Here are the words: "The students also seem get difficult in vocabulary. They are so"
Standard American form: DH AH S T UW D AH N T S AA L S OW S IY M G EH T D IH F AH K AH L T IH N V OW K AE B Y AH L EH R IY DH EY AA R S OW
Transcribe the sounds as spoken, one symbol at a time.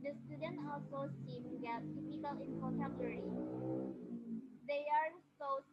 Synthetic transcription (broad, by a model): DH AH S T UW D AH N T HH AA L S OW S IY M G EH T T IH P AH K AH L IH N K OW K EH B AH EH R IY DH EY AA R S OW